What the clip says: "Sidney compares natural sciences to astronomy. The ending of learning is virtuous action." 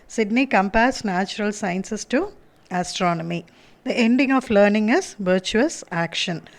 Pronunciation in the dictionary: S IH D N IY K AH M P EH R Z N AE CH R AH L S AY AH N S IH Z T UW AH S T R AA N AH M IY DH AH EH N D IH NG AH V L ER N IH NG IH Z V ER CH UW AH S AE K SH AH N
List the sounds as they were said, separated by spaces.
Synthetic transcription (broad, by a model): S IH D N IY K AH M P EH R S N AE CH R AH L S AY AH N S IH S T UW AH S T R AA N AH M IY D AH EH N D IH NG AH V L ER N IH NG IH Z V ER CH UW AH S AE K SH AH N